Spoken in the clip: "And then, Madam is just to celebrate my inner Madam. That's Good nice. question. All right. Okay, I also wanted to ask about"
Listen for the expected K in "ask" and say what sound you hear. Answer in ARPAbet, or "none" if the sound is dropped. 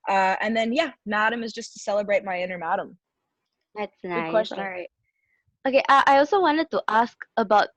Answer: K